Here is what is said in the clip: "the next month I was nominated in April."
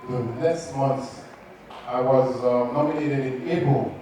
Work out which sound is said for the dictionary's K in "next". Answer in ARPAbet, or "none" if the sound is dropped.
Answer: none